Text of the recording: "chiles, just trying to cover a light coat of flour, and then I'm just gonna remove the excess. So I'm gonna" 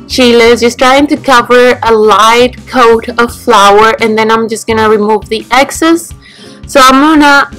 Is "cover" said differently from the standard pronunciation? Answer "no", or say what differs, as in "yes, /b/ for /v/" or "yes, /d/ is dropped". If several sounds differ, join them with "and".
no